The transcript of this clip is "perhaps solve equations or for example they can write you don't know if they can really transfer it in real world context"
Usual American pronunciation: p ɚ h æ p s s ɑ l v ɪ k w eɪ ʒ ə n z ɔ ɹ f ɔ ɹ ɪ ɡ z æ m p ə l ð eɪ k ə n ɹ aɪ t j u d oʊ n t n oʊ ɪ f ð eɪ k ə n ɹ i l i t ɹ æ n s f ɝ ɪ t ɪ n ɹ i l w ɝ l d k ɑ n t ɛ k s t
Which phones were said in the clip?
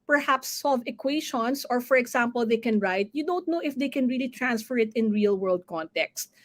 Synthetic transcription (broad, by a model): p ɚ h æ p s s ɑ l v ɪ k w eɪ ʃ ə n s ɔ ɹ f ɔ ɹ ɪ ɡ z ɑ m p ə l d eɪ k ə n ɹ aɪ t j u d oʊ n t n oʊ ɪ f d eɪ k ə n ɹ i l i t ɹ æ n s f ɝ ɪ t ɪ n ɹ i l w ɝ l d k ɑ n t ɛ k s t